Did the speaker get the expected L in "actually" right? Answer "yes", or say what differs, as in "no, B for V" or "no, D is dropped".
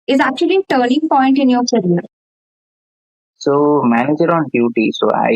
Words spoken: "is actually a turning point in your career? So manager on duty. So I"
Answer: no, L is dropped